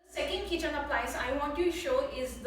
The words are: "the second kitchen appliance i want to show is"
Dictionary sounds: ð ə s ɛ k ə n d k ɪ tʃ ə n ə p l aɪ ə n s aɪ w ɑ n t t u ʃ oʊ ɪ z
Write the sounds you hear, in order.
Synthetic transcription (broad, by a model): s ɛ k ə n d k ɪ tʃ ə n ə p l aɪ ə s aɪ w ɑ n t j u ʃ oʊ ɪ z